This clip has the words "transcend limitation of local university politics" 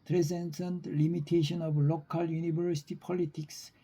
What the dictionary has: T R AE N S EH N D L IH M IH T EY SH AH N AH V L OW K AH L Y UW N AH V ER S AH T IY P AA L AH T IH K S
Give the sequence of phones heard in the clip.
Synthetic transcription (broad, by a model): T R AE N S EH N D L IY M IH T EY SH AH N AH B L OW K AH L Y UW N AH B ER S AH T IY P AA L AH T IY K S